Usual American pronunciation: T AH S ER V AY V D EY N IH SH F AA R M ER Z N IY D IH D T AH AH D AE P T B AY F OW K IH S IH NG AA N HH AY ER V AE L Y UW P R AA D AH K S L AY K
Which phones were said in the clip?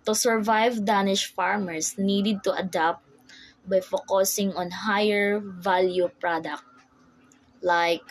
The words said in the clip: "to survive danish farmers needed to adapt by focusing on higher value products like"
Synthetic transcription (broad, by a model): T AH S ER V AY V D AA N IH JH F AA R M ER S N IY D IH D T AH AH D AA P T B AY F OW K IH S IH NG AA N HH AY ER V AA L Y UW P R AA D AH K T L AY K